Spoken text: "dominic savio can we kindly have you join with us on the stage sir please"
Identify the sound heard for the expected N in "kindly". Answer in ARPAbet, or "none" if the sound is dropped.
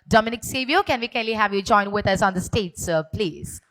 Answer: none